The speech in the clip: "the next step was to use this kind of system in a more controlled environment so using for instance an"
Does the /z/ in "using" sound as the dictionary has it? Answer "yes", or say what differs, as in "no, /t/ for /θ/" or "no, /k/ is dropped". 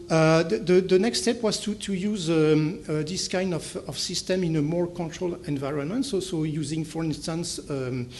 yes